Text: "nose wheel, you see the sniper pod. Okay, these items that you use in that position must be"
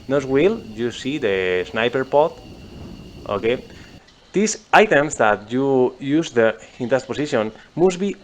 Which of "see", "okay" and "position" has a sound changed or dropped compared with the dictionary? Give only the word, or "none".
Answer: position